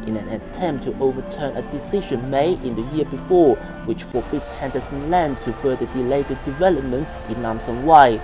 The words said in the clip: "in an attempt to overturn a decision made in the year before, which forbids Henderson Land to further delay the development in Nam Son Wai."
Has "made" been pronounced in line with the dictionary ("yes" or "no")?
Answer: no